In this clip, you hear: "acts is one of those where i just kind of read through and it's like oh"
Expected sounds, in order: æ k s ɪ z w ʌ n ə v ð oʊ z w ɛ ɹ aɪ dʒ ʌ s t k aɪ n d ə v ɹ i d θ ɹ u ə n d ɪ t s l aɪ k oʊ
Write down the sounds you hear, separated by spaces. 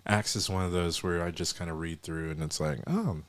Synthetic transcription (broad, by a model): æ k s ɪ z w ʌ n ə v ð oʊ z w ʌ ɹ aɪ dʒ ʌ s k aɪ n d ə ɹ i d θ ɹ u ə n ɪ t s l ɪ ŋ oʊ